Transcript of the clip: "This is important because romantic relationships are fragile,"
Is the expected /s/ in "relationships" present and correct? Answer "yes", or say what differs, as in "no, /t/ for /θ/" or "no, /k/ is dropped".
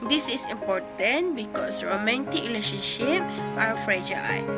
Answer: no, /s/ is dropped